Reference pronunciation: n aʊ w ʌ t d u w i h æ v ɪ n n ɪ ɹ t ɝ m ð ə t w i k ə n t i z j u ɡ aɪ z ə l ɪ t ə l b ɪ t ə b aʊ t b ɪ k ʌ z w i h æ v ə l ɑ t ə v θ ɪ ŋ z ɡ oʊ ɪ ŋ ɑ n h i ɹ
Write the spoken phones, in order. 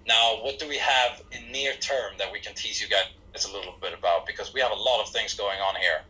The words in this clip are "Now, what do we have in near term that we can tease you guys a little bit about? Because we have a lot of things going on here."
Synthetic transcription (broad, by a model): n aʊ w ʌ t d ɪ w i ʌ v ɪ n n ɪ ɹ t ɝ m ð ə t w i k ə n t i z j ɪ ɡ aɪ z ə l ɪ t l b ɪ t ə b aʊ t b ɪ k ʌ z w i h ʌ v ə l ɑ t ə v θ ɪ ŋ z ɡ oʊ ɪ ŋ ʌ n h i ɹ